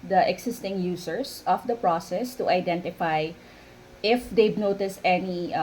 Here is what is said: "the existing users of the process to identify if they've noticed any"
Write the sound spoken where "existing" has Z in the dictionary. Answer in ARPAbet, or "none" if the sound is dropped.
S